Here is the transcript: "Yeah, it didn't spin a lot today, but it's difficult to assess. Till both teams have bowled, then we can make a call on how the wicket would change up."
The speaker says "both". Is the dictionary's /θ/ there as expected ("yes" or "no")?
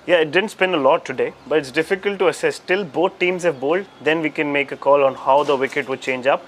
no